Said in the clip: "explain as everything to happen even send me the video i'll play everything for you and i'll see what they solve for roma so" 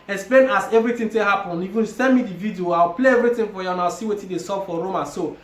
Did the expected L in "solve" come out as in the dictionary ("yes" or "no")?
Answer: no